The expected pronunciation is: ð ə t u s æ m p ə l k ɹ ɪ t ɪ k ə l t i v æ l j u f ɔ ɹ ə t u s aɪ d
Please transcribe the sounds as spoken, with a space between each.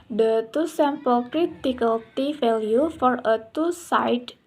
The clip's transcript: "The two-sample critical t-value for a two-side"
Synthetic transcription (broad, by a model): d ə t u s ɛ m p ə l k ɹ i t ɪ k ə l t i f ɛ l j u f ɔ ɹ ə t u s aɪ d